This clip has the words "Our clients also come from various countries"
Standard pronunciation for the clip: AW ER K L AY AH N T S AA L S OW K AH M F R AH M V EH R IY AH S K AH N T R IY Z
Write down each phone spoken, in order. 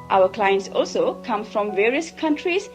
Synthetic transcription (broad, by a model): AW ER K L AY AH N T S AA L S OW K AH M F R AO M V EH R IY AH S K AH N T R IY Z